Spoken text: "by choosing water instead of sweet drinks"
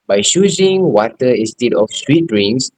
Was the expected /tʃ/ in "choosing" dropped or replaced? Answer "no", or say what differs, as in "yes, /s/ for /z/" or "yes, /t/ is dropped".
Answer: yes, /ʃ/ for /tʃ/